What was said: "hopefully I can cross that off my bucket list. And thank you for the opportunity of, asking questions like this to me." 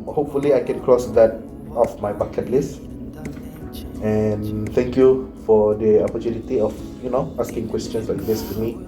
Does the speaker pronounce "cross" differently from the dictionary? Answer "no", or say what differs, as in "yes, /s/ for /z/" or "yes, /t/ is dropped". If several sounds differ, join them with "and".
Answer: no